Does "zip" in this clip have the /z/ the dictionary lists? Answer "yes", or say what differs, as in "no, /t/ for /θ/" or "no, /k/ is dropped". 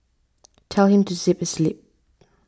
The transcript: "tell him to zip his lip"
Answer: no, /s/ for /z/